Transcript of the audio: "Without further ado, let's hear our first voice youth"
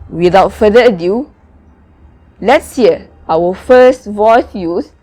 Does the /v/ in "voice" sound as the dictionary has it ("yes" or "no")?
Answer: yes